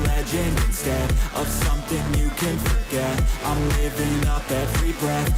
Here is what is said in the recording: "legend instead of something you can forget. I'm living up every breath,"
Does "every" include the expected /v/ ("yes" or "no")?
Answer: no